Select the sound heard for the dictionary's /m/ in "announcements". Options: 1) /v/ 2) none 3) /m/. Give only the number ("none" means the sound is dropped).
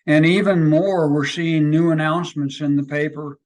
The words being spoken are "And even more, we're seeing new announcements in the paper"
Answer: 3